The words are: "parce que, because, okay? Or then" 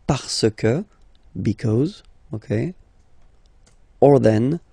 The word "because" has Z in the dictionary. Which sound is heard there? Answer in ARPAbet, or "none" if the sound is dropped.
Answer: Z